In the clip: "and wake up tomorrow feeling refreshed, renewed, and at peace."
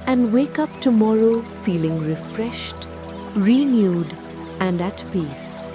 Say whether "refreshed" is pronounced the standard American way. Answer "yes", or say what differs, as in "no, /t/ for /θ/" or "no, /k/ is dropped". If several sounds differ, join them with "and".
yes